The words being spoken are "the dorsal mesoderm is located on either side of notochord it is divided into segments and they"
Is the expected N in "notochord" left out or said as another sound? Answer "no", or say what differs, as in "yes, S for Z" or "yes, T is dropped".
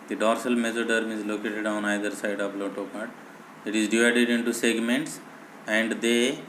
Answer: yes, L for N